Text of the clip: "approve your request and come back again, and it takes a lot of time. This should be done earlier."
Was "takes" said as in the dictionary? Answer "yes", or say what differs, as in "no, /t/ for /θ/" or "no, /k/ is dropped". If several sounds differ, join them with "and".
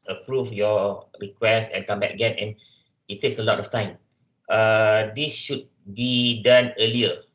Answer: yes